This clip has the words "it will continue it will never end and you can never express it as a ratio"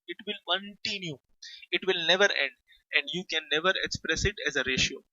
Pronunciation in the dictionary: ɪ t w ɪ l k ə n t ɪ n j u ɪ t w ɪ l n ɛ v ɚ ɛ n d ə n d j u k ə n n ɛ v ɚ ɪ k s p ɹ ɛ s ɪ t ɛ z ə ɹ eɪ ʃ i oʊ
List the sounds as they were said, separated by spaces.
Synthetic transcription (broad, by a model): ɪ t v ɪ l k ə n t ɪ n j u ɪ t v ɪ l n ɛ v ɚ ɛ n d ə n d j u k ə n n ɛ v ɚ ɪ k s p ɹ ɛ s ɪ t ɛ z ə ɹ eɪ ʃ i oʊ